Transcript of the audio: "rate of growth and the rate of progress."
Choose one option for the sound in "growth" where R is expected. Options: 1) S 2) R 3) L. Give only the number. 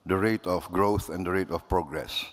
2